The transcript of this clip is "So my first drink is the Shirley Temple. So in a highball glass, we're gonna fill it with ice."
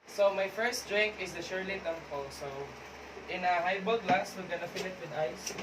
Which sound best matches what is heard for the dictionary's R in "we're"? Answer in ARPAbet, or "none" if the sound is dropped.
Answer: L